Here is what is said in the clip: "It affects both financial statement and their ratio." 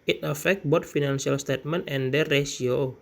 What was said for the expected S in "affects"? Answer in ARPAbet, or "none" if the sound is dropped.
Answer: none